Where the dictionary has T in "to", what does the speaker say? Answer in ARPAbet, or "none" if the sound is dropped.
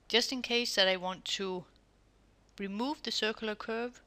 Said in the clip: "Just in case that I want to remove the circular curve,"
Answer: T